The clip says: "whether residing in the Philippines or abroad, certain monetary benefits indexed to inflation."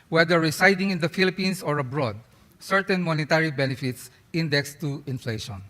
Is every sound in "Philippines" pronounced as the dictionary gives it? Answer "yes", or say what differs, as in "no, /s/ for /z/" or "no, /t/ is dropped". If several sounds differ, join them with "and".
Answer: no, /s/ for /z/